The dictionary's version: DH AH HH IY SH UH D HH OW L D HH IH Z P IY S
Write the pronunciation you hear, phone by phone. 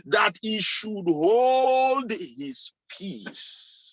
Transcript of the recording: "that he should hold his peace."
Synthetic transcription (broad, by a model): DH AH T IY SH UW D HH OW L D HH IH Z P IY S